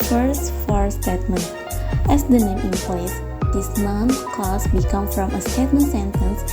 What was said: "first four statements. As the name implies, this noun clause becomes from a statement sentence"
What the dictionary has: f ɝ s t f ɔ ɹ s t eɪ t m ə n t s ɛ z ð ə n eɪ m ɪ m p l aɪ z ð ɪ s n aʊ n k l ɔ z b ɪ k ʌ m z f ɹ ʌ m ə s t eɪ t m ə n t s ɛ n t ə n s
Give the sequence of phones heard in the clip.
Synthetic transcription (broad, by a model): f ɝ s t f ɔ ɹ s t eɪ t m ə n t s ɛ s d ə n eɪ m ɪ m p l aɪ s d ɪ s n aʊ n k ɔ s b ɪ k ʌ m f ɹ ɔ m ə s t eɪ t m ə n s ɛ n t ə n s